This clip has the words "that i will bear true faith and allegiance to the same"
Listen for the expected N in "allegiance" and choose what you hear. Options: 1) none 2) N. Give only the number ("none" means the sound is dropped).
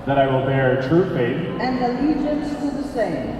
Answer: 1